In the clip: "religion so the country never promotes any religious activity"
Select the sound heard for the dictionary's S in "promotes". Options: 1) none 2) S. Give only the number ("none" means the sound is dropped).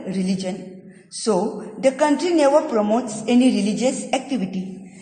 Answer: 2